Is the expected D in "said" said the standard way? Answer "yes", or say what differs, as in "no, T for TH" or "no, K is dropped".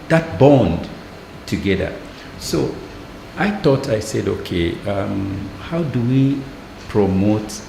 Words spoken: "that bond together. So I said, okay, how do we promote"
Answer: yes